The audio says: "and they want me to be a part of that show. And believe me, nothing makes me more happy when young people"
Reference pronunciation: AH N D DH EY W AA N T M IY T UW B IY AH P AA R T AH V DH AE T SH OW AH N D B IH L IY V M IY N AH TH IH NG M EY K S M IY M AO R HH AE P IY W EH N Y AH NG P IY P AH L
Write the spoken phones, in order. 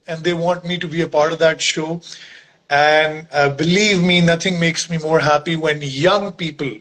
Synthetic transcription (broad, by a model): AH N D EY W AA N T M IY T UW B IY AH P AA R T AH V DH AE T SH OW AH N D B IH L IY V M IY N AH T IH NG M EY K S M IY M AO R HH AE P IY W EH N Y AH NG P IY P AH L